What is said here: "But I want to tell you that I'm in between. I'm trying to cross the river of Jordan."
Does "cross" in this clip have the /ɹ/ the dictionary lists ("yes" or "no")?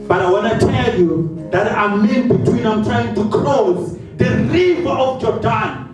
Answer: no